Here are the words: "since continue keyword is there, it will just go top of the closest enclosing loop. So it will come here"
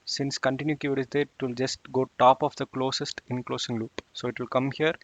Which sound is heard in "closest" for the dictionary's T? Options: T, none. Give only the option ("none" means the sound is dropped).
T